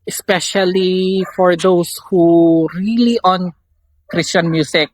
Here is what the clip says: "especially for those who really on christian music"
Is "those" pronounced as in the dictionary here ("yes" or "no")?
no